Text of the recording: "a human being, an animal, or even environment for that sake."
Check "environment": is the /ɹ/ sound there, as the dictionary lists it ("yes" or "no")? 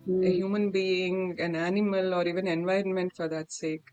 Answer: yes